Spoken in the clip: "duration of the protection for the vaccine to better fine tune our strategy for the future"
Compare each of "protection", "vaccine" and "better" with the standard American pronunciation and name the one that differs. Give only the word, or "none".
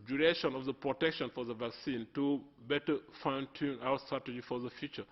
none